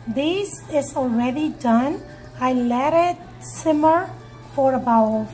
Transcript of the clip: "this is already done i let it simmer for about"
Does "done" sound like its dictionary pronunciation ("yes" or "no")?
yes